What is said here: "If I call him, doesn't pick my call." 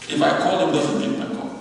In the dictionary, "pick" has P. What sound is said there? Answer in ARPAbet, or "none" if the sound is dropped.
B